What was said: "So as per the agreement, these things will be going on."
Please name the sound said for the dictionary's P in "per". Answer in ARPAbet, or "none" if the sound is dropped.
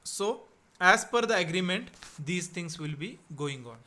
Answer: F